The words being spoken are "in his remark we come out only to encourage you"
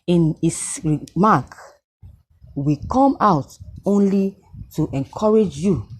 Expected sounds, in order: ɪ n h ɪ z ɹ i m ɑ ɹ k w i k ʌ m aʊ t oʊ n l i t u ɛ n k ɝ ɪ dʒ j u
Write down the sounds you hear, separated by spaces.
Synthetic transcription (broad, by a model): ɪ n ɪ s ɹ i m ɑ k w i k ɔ m aʊ t oʊ n l i t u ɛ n k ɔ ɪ dʒ j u